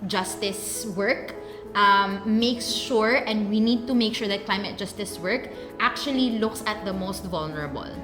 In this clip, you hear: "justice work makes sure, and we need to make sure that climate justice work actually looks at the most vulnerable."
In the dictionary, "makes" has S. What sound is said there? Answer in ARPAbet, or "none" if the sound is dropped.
S